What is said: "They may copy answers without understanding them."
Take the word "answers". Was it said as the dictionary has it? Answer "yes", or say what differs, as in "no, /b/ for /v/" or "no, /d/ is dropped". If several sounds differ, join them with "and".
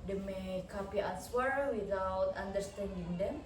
no, /z/ is dropped